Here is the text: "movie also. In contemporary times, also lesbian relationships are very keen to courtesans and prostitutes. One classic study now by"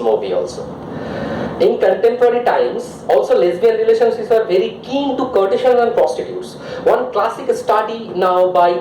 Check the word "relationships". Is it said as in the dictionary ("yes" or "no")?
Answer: no